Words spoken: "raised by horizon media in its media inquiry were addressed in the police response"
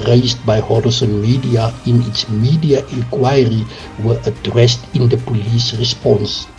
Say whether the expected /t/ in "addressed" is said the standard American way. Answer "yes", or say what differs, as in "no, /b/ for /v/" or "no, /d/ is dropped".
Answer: yes